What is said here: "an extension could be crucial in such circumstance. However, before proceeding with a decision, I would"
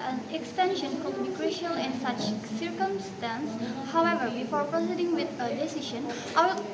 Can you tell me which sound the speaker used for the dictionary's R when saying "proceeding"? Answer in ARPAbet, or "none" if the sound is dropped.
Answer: R